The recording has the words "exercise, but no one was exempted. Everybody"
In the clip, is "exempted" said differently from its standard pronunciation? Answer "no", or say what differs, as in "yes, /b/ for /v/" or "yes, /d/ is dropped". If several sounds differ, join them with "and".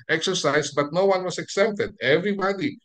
yes, /m/ is dropped